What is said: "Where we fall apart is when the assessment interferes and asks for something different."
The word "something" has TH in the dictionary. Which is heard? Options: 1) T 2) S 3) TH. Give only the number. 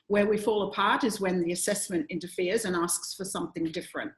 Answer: 3